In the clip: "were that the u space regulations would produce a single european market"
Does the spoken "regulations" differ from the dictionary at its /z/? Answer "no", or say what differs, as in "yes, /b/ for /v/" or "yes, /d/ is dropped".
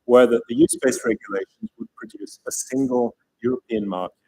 no